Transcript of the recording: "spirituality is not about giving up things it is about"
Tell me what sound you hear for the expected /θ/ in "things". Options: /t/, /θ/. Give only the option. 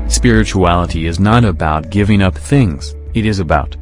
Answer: /θ/